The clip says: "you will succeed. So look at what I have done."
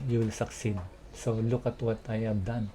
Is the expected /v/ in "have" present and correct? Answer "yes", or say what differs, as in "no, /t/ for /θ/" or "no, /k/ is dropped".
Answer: no, /b/ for /v/